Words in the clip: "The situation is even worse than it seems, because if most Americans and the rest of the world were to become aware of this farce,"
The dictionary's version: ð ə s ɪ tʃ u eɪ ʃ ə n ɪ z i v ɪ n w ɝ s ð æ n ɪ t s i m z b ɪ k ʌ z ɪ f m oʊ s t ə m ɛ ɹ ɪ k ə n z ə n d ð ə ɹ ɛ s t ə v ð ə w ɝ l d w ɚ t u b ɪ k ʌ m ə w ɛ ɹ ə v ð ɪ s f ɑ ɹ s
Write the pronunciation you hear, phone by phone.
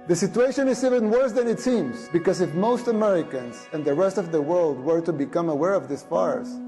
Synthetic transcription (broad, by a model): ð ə s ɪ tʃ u eɪ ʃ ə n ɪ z i v ɪ n w ɝ s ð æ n ɪ t s i m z b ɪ k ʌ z ɪ f m oʊ s t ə m ɛ ɹ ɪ k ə n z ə n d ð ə ɹ ɛ s t ə v ð ə w ɝ l d w ɚ t u b ɪ k ʌ m ə w ɛ ɹ ə v ð ɪ s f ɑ ɹ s